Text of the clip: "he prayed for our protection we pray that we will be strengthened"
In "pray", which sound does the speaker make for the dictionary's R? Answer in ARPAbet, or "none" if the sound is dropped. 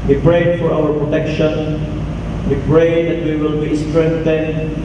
R